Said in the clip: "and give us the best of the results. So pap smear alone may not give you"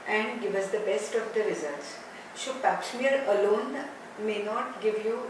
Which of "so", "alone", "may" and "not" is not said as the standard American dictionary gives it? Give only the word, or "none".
so